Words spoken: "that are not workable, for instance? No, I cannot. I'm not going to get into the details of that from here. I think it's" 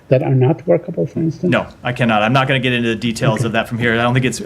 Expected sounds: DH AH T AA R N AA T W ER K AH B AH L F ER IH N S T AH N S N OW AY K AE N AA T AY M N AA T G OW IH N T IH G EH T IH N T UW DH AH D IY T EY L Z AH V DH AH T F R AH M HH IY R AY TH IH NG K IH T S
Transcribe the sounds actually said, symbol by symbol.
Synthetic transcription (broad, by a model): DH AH T AA R N AA T W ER K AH B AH L F ER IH N S T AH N N OW AY K AE N AA T AY M N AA T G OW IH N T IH G EH T IH N T UW DH AH D IY T EY L Z AH V DH AH T F R AH M HH IY R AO TH IH NG K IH T S